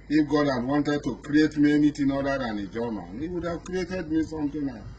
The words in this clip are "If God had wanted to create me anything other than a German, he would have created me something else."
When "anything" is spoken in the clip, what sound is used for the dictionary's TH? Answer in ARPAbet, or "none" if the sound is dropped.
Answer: T